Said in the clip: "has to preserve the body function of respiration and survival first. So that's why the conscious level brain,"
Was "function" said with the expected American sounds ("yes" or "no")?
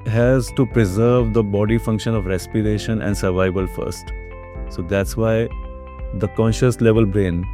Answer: yes